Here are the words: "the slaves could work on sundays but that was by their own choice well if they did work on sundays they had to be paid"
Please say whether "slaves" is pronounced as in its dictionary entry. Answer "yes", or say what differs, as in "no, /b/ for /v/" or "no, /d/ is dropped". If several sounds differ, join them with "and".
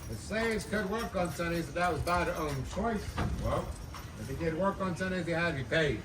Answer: no, /l/ is dropped